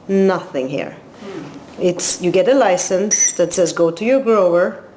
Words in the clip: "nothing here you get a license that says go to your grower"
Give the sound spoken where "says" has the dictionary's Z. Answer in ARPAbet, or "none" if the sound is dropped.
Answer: Z